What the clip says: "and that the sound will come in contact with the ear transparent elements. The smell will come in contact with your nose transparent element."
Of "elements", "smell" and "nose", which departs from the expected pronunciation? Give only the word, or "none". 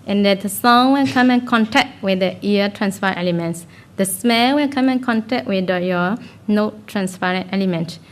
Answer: nose